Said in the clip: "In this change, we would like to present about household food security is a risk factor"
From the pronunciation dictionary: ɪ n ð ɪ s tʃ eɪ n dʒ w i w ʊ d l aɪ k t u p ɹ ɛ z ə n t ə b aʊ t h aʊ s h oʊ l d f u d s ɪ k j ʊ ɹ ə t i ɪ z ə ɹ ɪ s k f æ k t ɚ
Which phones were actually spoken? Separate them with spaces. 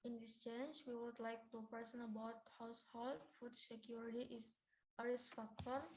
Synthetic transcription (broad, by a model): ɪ n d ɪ s tʃ eɪ n dʒ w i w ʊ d l aɪ k t u p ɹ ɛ s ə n ə b aʊ t h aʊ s h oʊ l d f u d s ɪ k j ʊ ɹ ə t i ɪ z ə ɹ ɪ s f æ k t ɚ